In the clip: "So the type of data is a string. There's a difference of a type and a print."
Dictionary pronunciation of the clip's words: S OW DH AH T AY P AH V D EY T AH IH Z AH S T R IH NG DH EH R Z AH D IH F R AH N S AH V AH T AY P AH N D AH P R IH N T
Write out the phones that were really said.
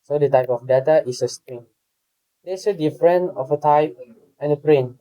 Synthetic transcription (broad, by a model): S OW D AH T AY P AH F D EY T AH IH S AH S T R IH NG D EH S AH D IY F R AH N AH F AH T AY P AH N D AH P R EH N